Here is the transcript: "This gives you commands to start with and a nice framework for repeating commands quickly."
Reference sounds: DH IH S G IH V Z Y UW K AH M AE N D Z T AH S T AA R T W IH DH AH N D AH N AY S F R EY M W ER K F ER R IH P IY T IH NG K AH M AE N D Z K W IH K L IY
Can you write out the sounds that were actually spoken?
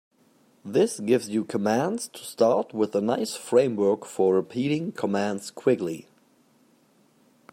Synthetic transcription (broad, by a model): DH IH S G IH V Z Y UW K AH M AE N D Z T AH S T AA R T W IH DH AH N AH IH S F R EY M W ER K F ER R IH P IY T IH NG K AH M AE N D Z K W IH K L IY